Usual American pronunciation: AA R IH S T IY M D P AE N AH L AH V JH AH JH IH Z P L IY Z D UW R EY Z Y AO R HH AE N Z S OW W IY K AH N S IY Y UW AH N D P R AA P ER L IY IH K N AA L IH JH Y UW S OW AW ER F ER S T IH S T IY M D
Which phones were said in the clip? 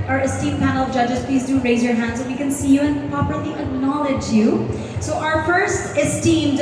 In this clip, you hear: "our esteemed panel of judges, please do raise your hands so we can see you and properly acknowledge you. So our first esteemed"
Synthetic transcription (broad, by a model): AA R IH S T IY M P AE N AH L AH V JH AH JH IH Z P L IY Z D UW R EY Z Y AO R HH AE N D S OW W IY K AH N S IY Y UW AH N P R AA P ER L IY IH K N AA L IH JH Y UW S OW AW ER F ER S T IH S T IY M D